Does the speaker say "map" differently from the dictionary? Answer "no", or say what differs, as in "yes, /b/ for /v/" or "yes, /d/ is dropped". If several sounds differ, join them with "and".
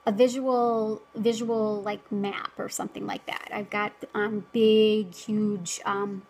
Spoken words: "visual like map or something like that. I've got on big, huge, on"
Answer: no